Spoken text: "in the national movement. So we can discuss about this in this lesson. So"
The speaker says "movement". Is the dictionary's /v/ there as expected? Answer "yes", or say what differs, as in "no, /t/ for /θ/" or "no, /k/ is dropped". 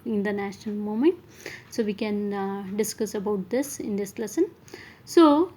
no, /v/ is dropped